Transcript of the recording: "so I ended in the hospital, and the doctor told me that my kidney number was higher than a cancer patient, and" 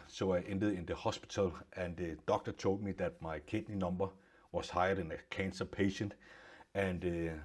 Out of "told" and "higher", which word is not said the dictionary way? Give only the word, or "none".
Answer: told